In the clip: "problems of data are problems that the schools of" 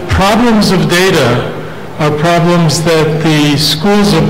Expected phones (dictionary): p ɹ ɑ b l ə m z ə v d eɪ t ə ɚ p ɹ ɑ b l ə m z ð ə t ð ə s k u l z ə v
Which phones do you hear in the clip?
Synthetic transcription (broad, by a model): p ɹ ɑ b l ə m z ə v d eɪ t ə ɚ p ɹ ɑ b l ə m z ð ə t ð ə s k u l z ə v